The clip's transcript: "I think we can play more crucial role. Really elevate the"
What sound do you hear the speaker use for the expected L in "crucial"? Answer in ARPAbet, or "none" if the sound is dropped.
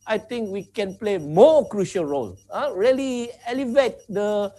L